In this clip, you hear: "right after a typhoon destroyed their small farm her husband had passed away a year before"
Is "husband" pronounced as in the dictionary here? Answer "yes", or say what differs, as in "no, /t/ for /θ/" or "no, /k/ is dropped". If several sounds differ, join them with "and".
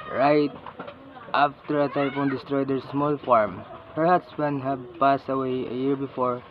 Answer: no, /s/ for /z/